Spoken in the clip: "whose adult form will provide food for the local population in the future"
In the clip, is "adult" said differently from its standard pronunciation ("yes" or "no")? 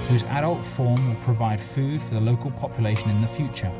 no